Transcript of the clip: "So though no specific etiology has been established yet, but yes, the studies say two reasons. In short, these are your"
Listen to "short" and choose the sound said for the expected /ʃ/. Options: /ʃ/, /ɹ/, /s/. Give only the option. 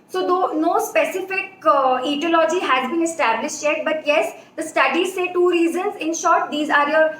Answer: /ʃ/